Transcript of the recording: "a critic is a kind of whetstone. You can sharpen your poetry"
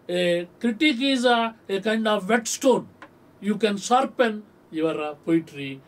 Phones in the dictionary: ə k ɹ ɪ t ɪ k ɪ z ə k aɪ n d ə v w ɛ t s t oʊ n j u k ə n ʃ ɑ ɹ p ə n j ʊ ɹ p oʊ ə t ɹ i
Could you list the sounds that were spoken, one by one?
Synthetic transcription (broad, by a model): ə k ɹ ɪ t ɪ k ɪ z ə k aɪ n d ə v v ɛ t s t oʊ n j u k ə n s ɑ ɹ p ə n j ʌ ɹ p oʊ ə t ɹ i